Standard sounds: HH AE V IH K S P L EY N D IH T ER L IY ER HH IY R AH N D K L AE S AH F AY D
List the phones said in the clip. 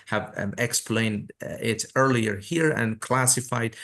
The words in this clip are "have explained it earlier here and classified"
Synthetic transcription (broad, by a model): HH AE V IH K S P L EY N D IH T ER L IY ER HH IY R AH N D K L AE S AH F AY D